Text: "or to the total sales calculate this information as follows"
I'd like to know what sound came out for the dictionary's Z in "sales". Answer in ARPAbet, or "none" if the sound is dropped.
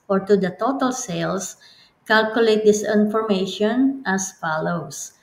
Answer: S